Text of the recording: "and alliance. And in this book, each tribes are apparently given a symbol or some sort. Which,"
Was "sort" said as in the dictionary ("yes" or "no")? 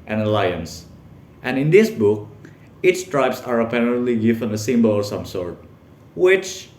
yes